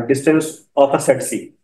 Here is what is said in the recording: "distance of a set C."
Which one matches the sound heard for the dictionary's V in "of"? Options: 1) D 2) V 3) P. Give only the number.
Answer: 3